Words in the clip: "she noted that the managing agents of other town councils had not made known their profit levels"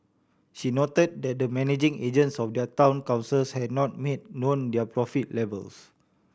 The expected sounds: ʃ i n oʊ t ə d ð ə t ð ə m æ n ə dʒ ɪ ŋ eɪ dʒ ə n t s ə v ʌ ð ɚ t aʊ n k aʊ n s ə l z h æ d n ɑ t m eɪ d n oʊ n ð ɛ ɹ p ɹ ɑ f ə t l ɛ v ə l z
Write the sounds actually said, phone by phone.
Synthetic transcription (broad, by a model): ʃ i n oʊ t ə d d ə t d ə m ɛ n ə dʒ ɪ ŋ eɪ dʒ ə n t s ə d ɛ ɚ t aʊ n k aʊ n s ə l s h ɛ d n ɑ t m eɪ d n oʊ n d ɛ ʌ p ɹ ɑ f ə t l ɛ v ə l s